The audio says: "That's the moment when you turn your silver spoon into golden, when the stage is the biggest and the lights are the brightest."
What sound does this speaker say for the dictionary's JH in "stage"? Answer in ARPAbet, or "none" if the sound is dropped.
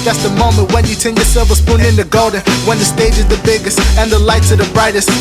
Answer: JH